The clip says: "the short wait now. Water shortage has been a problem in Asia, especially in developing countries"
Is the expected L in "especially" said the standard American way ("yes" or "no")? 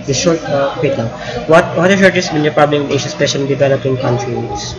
no